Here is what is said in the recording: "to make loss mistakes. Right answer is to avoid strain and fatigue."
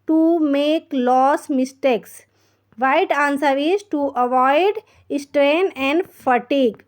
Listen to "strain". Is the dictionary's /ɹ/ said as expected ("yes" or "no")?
yes